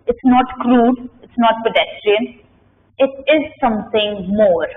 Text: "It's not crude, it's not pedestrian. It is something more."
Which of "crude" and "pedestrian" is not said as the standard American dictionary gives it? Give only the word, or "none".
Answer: none